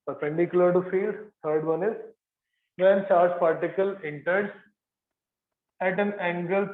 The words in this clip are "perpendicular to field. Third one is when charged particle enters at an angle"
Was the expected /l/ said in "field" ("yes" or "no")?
yes